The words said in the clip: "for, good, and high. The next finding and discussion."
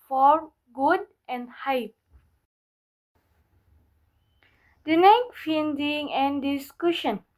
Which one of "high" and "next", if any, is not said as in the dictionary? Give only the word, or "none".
next